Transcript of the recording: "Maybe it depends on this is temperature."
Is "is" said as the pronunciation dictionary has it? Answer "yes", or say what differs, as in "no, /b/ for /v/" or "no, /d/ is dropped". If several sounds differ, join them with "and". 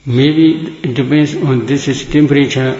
no, /s/ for /z/